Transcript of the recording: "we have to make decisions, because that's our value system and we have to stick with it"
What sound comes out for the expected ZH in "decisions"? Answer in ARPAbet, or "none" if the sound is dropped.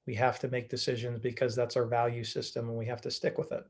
ZH